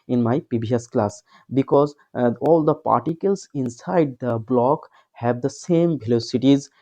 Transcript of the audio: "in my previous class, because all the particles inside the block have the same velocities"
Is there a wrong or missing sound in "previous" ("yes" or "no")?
yes